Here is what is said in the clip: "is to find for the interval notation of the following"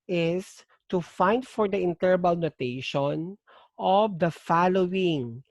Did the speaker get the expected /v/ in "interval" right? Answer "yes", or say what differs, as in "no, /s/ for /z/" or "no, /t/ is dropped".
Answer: no, /b/ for /v/